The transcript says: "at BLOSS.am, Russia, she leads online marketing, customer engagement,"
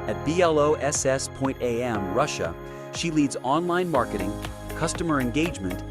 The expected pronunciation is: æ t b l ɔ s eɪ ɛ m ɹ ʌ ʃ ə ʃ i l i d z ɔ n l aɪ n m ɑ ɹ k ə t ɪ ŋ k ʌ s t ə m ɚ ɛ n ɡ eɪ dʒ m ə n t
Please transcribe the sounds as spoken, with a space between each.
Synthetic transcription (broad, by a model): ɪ t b l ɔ s eɪ ɛ m ɹ ʌ ʃ ə ʃ i l i d z ɔ n l aɪ n m ɑ ɹ k ə t ɪ ŋ k ʌ s t ə m ɚ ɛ n ɡ eɪ dʒ m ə n t